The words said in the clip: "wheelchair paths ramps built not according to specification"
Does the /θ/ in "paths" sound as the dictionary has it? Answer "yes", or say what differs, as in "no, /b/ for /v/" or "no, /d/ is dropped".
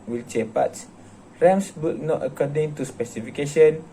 no, /t/ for /θ/